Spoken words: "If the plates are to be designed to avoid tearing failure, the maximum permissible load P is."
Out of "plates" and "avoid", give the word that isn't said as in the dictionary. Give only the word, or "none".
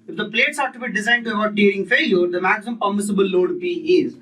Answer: avoid